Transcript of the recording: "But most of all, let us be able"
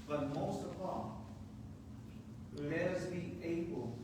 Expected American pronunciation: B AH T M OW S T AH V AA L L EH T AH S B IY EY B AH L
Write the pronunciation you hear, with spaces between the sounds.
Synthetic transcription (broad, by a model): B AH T M OW S T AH P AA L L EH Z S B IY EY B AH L